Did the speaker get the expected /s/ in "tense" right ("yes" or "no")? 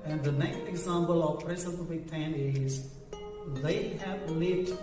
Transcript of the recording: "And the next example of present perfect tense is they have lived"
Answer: no